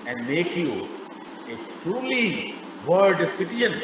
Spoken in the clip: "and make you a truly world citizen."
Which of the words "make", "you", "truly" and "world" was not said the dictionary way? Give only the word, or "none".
world